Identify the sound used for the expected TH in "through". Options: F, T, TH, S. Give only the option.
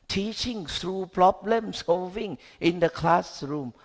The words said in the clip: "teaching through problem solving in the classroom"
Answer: S